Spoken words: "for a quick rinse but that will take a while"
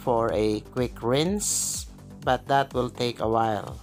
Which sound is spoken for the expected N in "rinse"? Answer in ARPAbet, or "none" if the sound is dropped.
N